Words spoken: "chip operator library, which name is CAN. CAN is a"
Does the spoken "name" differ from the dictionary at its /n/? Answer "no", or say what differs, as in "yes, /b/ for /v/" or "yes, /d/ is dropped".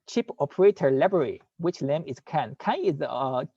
yes, /l/ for /n/